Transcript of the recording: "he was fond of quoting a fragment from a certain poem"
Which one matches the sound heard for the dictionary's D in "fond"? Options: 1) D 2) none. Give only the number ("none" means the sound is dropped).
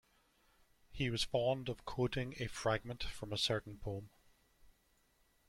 1